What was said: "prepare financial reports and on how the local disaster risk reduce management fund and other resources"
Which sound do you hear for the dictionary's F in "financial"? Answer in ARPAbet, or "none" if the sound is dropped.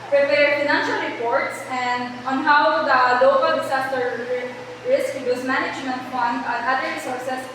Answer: F